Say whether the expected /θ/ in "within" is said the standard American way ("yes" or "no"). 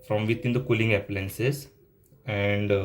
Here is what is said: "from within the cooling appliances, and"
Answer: no